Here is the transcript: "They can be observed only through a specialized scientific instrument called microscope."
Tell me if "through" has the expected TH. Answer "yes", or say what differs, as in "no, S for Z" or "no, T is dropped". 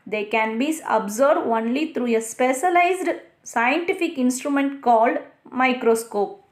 no, T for TH